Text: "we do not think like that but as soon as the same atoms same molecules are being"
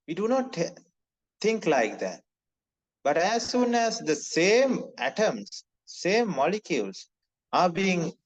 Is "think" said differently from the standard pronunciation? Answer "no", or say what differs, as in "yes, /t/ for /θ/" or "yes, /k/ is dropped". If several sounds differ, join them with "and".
yes, /t/ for /θ/